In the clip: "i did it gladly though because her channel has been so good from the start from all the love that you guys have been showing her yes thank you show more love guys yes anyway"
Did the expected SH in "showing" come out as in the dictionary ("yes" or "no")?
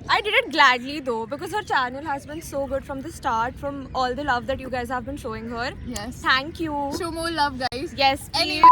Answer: yes